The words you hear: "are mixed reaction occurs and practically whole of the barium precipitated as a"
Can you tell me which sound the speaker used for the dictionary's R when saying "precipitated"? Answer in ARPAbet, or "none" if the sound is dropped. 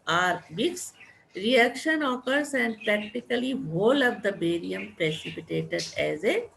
R